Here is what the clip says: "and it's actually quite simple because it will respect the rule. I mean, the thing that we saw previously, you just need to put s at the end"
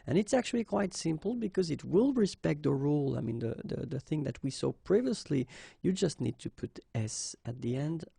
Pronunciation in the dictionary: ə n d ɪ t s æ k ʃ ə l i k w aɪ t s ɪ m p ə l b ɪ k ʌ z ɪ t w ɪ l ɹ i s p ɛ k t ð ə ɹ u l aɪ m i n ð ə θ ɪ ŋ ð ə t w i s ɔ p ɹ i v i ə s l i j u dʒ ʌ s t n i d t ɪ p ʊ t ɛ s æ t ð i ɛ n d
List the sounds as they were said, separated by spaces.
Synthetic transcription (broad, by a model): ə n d ɪ t s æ k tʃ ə l i k w aɪ t s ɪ m p l b ɪ k ʌ z ɪ t w ɪ l ɹ i s p ɛ k t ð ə ɹ u l aɪ m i n ð ə θ ɪ ŋ ð ə t w i s ɔ p ɹ i v i ə s l i j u dʒ ʌ s t n i d t ɪ p ʊ t ɛ s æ t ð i ɛ n d